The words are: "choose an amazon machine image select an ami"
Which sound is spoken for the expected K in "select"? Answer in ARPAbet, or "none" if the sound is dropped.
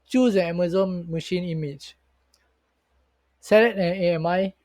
none